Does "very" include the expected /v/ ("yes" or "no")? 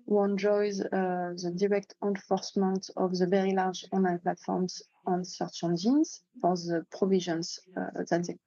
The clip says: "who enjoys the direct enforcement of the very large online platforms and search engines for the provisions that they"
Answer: yes